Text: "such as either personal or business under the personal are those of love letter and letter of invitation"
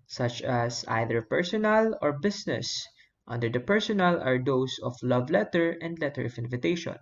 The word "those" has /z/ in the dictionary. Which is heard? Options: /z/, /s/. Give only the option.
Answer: /s/